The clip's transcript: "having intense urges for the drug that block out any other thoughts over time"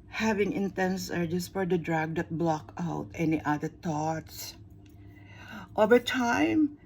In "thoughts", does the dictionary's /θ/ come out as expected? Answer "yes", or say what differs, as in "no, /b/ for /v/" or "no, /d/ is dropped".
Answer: no, /t/ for /θ/